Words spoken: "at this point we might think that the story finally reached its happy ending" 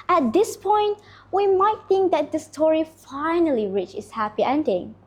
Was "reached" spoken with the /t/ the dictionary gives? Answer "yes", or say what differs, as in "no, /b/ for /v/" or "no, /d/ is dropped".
no, /t/ is dropped